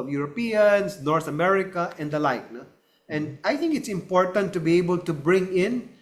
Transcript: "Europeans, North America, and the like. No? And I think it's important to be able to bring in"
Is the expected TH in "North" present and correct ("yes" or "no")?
no